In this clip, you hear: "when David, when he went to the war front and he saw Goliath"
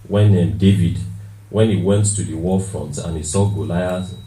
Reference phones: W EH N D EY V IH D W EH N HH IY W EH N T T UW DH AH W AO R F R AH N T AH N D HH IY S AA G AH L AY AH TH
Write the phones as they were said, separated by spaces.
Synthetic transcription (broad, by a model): W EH N D EY V IH D W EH N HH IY W EH N T T UW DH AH W AO F R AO N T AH N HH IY S AA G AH L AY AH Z